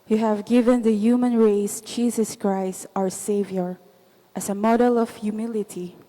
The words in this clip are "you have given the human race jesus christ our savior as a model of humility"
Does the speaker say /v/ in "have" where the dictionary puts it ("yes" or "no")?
yes